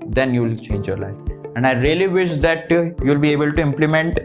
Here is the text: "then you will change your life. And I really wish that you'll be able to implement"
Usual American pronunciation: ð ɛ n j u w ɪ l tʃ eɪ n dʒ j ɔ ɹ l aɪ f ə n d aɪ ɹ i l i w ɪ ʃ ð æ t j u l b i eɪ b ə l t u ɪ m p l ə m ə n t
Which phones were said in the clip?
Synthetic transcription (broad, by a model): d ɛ n j u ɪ l tʃ eɪ n dʒ j ɔ ɹ l aɪ f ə n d aɪ ɹ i l i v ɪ ʃ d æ t j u l b i eɪ b ə l t u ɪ m p l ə m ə n t